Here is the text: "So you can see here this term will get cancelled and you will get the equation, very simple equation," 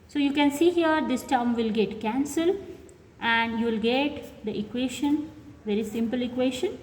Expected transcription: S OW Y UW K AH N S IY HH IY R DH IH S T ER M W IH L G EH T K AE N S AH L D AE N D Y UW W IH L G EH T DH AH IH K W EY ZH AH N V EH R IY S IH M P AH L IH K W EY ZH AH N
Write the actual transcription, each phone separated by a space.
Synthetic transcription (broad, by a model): S OW Y UW K AH N S IY HH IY R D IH S T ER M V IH L G EH T K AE N S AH L AE N D Y UW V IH L G EH T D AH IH K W EY SH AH N V EH R IY S IH M P AH L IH K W EY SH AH N